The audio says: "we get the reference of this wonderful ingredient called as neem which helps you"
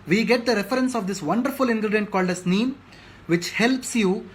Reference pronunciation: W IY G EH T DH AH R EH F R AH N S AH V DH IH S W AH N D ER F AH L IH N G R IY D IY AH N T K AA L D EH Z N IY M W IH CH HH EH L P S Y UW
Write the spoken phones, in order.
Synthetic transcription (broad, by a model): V IY G EH T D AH R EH F R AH N S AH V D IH S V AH N D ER F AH L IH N G R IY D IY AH N T K AA L D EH S N IY M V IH CH HH EH L P S Y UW